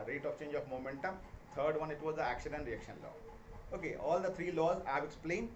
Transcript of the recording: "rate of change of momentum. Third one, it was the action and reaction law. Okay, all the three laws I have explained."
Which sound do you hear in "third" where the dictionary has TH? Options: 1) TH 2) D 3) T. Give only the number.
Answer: 3